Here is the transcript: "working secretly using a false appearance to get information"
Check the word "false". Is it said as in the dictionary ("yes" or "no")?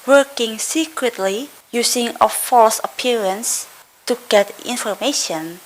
yes